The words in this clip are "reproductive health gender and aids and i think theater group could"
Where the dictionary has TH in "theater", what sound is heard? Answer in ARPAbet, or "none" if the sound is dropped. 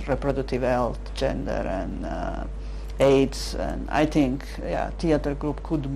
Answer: T